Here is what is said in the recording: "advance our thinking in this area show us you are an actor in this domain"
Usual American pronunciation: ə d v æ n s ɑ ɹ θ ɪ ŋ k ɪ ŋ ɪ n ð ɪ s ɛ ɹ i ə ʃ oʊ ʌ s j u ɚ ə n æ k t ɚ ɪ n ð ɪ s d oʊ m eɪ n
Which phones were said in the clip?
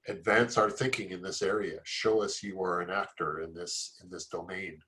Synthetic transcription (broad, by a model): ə d v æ n s ɑ ɹ θ ɪ ŋ k ɪ ŋ ɪ n ð ɪ s ɛ ɹ i ə ʃ oʊ ʌ s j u ɚ ə n æ k t ɚ ɪ n ð ɪ s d oʊ m eɪ n